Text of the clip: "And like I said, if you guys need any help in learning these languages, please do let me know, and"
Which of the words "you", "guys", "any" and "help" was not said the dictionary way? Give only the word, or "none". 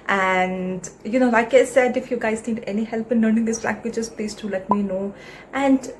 none